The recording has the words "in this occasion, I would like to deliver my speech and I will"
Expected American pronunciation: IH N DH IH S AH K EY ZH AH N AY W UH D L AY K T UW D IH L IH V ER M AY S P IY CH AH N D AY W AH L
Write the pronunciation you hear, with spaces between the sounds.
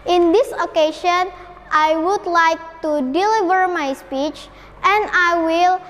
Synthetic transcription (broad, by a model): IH N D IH S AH K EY SH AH N AY W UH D L AY K T UW D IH L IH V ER M AY S P IY CH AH N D AY W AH L